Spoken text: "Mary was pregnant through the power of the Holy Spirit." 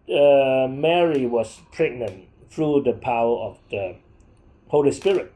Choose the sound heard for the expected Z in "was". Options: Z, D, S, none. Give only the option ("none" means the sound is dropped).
S